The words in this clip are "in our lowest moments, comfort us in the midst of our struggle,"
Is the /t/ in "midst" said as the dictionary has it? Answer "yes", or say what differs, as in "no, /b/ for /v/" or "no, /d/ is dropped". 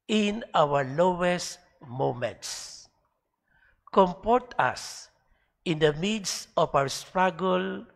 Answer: no, /t/ is dropped